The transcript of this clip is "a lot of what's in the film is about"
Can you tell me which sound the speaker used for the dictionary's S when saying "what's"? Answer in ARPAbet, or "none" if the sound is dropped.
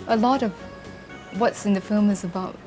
S